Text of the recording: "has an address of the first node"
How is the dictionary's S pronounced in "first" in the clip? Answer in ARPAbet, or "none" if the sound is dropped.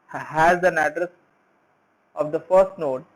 S